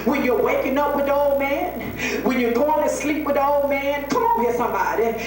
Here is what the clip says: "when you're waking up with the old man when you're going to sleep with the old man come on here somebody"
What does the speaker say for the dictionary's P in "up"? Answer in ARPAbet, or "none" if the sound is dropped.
P